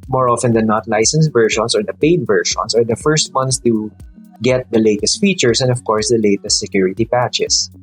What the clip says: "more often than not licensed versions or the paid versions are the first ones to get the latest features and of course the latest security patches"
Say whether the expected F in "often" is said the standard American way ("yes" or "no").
yes